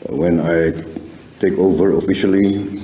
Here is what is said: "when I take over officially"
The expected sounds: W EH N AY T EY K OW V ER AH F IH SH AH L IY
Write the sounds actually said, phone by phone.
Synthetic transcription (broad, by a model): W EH N AY T EY K OW V ER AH F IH SH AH L IY